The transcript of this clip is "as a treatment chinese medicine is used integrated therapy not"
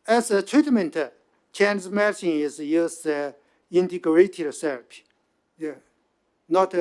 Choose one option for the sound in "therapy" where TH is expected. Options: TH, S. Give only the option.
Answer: S